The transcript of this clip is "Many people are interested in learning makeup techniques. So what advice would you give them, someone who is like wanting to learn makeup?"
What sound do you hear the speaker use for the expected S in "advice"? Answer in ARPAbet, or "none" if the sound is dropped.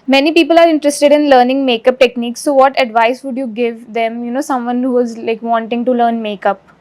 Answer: S